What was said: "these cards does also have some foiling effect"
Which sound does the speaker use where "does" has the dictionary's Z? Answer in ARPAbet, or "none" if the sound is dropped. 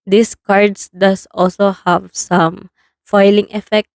S